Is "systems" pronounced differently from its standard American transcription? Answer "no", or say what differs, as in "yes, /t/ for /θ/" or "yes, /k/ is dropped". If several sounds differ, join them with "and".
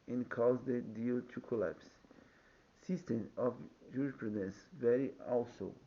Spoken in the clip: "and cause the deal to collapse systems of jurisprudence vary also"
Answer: yes, /z/ is dropped